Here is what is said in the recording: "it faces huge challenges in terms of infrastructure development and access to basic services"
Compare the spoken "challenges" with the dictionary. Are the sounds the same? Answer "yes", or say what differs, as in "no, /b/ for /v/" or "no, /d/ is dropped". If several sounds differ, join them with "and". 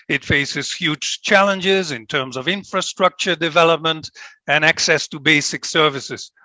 yes